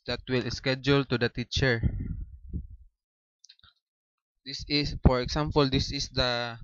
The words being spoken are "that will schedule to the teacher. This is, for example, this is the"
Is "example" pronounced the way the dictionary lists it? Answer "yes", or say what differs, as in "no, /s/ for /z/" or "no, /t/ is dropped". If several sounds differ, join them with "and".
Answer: no, /s/ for /z/